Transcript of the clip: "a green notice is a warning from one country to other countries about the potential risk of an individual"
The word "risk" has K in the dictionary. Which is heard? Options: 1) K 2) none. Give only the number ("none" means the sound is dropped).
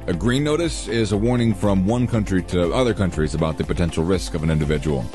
1